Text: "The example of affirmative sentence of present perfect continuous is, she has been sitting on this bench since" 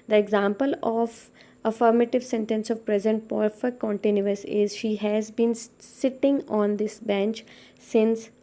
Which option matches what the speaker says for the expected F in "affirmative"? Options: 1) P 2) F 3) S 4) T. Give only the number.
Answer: 2